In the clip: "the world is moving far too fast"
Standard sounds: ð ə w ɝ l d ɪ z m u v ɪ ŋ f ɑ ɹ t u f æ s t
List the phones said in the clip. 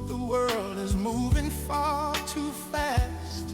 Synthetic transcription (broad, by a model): ð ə w ɝ l d ɪ z m u v ɪ ŋ f ɑ ɹ t u f æ s t